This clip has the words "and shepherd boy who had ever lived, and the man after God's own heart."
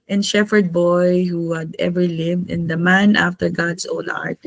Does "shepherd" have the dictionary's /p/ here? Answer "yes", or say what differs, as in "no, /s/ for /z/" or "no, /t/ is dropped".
no, /f/ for /p/